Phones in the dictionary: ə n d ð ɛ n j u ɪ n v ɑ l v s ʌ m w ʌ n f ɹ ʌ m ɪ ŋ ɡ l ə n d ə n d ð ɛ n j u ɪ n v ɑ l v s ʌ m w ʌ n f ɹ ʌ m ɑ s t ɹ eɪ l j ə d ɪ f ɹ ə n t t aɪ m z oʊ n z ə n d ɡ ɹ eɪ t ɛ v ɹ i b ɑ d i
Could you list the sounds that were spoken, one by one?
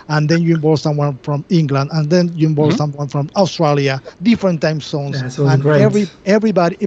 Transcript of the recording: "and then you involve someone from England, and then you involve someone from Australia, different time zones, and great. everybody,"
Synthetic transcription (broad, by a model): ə n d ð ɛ n j u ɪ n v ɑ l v s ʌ m w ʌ n f ɹ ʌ m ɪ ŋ ɡ l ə n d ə n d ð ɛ n j u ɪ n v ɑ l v s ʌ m w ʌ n f ɹ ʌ m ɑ s t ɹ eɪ l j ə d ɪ f ɹ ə n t t aɪ m s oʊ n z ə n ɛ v ɹ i ɛ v ɹ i b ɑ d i